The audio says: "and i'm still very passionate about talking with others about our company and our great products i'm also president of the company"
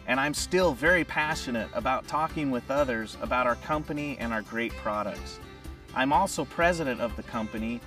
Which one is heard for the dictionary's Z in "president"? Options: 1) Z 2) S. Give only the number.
1